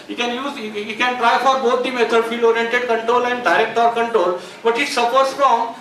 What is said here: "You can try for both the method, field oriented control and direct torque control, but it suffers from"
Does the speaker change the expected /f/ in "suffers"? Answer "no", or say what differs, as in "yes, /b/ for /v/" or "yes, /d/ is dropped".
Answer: yes, /p/ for /f/